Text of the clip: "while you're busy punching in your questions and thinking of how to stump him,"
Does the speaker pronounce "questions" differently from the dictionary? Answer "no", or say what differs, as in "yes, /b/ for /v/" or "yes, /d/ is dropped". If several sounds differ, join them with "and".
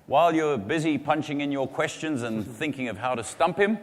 no